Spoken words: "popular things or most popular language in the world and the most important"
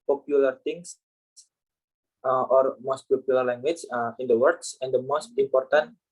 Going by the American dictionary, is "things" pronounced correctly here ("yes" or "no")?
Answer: no